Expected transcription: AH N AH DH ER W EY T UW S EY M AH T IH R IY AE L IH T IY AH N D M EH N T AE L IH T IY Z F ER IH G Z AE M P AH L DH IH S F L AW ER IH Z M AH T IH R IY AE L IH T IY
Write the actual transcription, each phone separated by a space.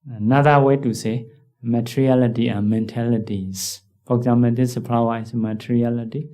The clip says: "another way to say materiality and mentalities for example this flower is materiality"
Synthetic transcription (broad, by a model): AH N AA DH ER W EY T UW S EY M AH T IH R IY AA L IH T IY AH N M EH N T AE L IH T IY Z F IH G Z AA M AH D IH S P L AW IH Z M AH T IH R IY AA L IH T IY